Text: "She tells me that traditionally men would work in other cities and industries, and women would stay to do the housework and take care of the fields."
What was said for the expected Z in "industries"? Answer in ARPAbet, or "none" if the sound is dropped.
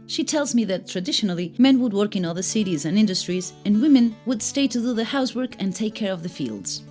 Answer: Z